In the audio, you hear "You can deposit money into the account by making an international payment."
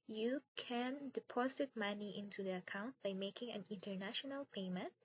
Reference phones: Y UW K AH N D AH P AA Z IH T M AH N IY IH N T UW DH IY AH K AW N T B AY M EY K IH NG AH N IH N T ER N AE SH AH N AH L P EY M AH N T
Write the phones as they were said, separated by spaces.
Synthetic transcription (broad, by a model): Y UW K AH N D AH P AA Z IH T M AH N IY IH N T UW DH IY AH K AW N T B AY M EY K IH NG AH N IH N T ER N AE SH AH N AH L P EY M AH N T